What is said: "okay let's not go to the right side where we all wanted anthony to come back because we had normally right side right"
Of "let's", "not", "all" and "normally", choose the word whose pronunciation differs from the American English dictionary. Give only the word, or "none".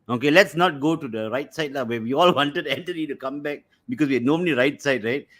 normally